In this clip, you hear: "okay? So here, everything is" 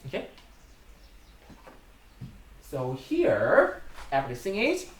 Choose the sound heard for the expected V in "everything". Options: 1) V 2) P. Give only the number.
2